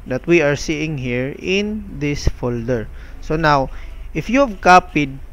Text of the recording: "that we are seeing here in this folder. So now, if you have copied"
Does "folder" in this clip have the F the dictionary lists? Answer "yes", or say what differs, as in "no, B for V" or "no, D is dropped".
yes